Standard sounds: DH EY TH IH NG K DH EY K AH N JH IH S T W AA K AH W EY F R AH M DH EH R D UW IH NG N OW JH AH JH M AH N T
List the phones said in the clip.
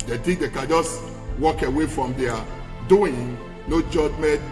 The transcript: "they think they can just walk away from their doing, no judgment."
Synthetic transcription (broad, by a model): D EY T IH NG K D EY K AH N JH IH S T W AA K AH W EY F R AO M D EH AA D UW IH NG N OW JH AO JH M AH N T